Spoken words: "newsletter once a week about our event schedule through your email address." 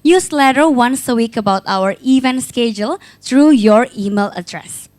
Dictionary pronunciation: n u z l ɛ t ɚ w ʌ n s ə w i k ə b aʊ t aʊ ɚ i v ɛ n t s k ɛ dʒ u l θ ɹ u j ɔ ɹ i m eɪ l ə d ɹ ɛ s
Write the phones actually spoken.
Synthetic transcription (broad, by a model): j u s l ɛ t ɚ w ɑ n s ə w i k ə b aʊ t aʊ ɚ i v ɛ n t s k ɛ dʒ u l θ ɹ u j ɔ ɹ i m eɪ l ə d ɹ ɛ s